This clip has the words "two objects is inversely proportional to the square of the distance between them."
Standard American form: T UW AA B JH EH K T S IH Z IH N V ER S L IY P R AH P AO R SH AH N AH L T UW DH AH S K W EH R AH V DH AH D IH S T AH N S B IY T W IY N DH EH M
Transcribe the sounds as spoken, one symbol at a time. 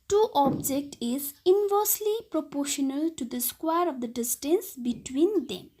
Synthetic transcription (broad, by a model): T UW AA B JH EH K T IH Z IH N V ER S L IY P R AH P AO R SH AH N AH L T UW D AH S K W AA R AH V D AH D IH S T AH N S B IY T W IY N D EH M